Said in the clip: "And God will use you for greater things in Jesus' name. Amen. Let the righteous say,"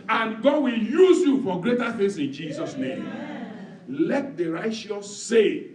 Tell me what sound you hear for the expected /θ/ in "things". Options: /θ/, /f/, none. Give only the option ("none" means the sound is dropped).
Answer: /f/